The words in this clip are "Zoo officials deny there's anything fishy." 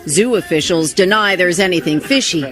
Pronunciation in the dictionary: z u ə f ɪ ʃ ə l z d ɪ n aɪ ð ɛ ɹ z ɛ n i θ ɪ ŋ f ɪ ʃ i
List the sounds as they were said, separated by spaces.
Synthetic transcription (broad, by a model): z u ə f ɪ ʃ l z d ɪ n aɪ ð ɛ ɹ z ɛ n i θ ɪ ŋ f ɪ ʃ i